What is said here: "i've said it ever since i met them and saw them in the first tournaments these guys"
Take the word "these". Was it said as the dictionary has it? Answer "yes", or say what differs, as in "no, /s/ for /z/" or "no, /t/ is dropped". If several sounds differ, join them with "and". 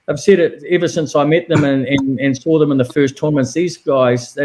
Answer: yes